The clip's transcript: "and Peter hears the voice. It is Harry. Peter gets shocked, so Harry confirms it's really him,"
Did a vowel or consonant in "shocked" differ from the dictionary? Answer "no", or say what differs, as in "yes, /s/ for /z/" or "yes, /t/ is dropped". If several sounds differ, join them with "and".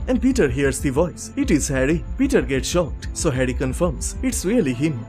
no